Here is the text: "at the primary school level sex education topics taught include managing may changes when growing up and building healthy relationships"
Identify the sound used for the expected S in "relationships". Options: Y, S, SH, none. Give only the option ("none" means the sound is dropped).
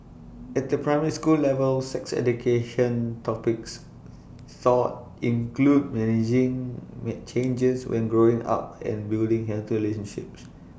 S